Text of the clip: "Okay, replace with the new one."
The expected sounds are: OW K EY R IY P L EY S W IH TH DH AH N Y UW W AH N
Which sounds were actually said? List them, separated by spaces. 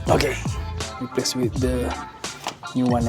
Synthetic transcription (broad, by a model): OW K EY W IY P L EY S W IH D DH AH N Y UW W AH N